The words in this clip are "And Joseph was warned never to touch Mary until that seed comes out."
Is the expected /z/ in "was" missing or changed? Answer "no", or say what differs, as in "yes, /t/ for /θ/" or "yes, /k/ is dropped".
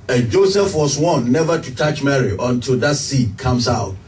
yes, /s/ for /z/